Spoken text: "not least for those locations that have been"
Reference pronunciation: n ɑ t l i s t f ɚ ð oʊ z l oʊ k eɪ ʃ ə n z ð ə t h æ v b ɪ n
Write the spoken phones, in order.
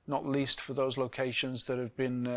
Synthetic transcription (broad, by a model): n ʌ t l i s t f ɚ ð oʊ z l oʊ k eɪ ʃ ə n z ð ə t h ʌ v b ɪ n